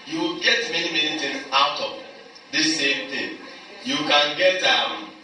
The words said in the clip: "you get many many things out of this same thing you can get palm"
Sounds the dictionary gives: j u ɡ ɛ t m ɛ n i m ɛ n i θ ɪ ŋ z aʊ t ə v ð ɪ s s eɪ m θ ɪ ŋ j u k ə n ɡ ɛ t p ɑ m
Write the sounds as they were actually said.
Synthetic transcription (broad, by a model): j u ɡ ɛ t m ɛ n i m ɛ n i t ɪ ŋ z aʊ t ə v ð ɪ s s eɪ m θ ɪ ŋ j u k ə n ɡ ɛ t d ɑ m